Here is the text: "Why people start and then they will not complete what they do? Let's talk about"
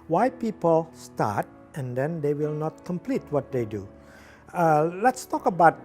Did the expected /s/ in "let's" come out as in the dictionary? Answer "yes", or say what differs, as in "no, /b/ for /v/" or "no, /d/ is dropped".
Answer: yes